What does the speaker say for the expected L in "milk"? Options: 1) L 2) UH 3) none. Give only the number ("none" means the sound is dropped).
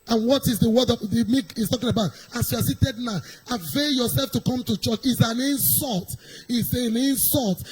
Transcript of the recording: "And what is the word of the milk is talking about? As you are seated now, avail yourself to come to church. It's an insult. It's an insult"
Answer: 3